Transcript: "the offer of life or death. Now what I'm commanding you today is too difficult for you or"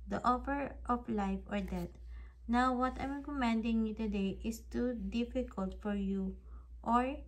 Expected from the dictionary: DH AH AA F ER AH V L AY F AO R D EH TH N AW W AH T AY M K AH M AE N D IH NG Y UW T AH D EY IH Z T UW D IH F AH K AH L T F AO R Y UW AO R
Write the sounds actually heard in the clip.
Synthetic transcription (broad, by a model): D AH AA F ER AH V L AY F AO R D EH T N AW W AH T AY M K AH M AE N D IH NG Y UW T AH D EY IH S T UW D IH F AH K AH L T F AO R Y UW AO R